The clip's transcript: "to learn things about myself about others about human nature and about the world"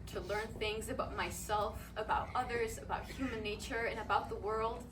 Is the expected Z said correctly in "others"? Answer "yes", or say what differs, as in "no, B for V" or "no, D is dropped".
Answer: yes